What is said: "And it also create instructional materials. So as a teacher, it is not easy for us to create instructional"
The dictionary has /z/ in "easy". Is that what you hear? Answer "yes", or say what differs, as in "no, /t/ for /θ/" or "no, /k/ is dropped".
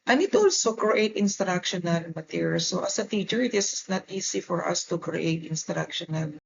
no, /s/ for /z/